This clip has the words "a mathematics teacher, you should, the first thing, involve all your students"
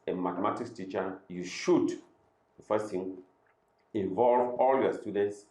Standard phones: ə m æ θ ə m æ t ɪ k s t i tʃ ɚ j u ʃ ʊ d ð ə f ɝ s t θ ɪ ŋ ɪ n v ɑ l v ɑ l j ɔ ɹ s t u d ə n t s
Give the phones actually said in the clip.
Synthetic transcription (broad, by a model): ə m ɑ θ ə m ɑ t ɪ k t i tʃ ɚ j u ʃ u d f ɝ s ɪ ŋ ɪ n v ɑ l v ɑ l j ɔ s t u d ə n t s